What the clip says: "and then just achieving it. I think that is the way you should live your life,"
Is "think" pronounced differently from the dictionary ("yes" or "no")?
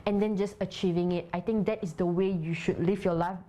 yes